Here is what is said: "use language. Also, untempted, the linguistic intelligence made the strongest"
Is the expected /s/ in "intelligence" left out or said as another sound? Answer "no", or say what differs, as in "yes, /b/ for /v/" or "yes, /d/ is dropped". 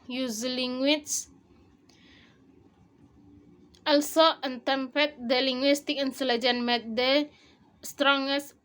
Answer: yes, /s/ is dropped